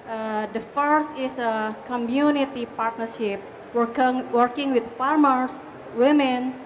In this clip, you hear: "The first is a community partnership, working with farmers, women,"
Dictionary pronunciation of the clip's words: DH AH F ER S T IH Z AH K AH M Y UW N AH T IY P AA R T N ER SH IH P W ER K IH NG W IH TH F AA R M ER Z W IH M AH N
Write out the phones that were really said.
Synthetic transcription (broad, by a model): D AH F ER S T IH S AH K AH M Y UW N AH T IY P AA R T N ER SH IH P W ER K IH NG W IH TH F AA R M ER S W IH M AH N